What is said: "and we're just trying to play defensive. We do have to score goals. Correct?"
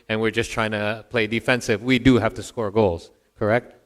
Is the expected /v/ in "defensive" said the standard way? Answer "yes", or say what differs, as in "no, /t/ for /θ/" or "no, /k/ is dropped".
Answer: yes